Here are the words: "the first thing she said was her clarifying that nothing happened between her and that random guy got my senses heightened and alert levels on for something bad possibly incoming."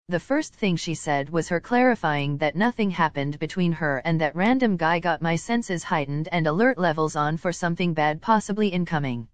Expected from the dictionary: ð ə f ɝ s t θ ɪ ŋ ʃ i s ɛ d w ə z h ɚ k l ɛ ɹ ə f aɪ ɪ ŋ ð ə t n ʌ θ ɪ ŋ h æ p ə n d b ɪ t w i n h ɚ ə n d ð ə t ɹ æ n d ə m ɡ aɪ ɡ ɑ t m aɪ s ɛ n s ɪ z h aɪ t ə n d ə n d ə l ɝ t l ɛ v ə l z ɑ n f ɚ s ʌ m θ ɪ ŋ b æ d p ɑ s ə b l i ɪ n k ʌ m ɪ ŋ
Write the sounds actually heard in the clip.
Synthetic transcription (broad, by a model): ð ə f ɝ s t θ ɪ ŋ ʃ i s ɛ d w ə z h ɚ k l ɛ ɹ ə f aɪ ɪ ŋ ð ə t n ʌ θ ɪ ŋ h æ p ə n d b ɪ t w i n ɚ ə n ð ə t ɹ æ n d ə m ɡ aɪ ɡ ɑ t m aɪ s ɛ n s ɪ z h aɪ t n d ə n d ə l ɝ t l ɛ v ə l z n f ɚ s ʌ m θ ɪ ŋ b æ d p ɑ s ə b l i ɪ n k ʌ m ɪ ŋ